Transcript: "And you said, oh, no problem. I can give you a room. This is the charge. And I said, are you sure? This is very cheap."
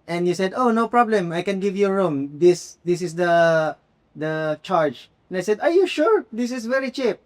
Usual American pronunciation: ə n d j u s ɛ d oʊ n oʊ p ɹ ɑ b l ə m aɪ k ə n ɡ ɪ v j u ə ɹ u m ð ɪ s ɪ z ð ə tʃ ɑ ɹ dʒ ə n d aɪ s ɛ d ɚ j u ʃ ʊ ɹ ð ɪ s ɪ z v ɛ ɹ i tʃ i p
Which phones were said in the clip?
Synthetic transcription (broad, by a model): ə n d j u s ɛ d oʊ n oʊ p ɹ ɑ b l ə m aɪ k ə n ɡ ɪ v j u ɹ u m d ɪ s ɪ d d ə tʃ ɑ ɹ dʒ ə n aɪ s ɛ d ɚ j u ʃ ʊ ɹ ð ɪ s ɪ s v ɛ ɹ i tʃ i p